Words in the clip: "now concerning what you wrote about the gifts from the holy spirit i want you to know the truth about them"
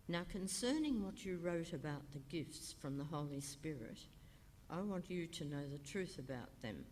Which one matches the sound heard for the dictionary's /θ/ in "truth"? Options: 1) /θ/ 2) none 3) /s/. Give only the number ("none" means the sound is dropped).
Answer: 1